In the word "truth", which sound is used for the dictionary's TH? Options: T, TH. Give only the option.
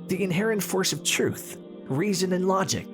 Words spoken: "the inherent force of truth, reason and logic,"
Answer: TH